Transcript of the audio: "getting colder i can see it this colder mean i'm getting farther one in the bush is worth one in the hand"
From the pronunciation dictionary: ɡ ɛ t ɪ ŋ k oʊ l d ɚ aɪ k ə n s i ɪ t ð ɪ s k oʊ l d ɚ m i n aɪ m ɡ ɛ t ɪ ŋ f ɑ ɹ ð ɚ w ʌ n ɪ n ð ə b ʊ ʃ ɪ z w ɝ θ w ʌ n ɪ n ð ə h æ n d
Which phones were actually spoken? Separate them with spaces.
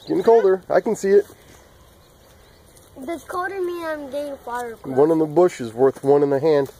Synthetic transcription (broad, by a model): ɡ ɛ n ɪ k oʊ l d ɚ aɪ k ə n s i ɪ t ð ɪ k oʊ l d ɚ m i aɪ m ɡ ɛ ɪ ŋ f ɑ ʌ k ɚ w ʌ n ɪ n ð ə b ʊ ʃ ɪ z w ɝ θ w ʌ n ɪ n ð ə h æ n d